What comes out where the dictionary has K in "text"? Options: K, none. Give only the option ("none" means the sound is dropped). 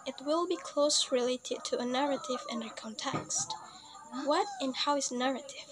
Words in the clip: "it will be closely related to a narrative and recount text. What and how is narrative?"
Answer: K